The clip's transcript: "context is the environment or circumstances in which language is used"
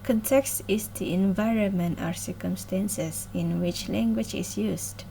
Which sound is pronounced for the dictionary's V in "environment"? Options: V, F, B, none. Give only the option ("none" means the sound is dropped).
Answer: V